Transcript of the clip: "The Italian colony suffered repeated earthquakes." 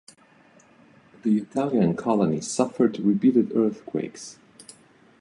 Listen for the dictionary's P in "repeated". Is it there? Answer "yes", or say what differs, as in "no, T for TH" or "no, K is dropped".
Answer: no, B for P